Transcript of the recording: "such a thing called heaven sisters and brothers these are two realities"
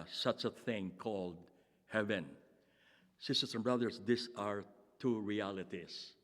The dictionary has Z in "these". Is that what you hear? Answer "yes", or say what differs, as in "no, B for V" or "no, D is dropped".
no, S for Z